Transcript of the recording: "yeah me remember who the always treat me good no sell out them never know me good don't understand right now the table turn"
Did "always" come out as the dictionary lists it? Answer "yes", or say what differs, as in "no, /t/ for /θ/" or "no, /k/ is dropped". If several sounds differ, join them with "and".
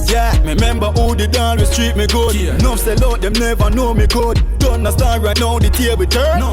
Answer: no, /s/ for /z/